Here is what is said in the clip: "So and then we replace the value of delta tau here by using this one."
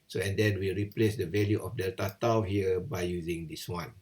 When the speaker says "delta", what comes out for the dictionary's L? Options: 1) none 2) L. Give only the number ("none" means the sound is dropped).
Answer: 1